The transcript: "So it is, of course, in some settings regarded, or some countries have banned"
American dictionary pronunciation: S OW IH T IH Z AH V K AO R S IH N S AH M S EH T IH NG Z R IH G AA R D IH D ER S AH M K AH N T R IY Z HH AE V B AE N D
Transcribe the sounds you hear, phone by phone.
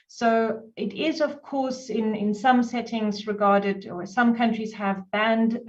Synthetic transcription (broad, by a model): S OW IH T IH Z AH V K AO R S IH N S AH M S EH T IH NG Z R IH G AA R D IH D ER S AH M K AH N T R IY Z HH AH V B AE N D